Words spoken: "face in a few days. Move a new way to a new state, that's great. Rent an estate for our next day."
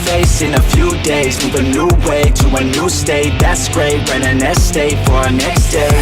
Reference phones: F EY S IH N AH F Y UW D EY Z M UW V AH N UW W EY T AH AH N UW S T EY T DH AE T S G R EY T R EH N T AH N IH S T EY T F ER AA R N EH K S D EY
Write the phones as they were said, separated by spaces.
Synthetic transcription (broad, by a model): F EY S IH N AH F Y UW D EY Z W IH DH AH N UW W EY T AH AH N UW S T EY T DH AE T S G R EY T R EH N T AH N IH S T EY T F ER R N EH K S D EY